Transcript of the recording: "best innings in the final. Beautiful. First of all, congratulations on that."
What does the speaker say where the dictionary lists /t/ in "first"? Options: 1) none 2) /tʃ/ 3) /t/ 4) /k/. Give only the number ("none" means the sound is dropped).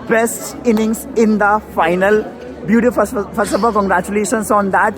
1